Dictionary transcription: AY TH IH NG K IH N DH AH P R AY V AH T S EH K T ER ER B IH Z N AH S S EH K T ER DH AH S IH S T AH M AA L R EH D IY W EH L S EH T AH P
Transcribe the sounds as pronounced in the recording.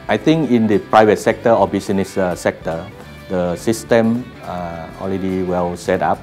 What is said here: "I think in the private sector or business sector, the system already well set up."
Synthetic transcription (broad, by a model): AY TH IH NG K IH N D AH P R AY V AH T S EH K T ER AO B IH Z N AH S S EH K T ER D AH S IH S T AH M AA L R EH D IY W EH L S EH T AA P